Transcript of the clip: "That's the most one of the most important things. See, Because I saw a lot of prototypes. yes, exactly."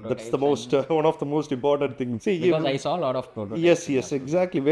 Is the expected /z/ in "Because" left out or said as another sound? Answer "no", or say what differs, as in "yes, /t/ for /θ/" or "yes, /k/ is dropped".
yes, /z/ is dropped